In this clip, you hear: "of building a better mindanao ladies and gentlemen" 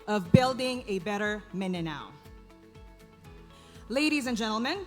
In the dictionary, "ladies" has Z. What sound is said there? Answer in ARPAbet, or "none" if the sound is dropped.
Z